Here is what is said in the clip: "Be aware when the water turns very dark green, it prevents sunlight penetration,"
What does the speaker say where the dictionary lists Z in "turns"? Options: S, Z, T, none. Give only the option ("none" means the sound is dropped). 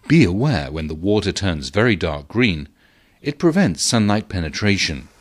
Z